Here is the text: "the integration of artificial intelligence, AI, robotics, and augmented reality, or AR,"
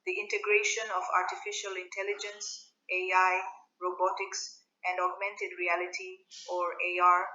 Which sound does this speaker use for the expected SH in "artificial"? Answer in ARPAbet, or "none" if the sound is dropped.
SH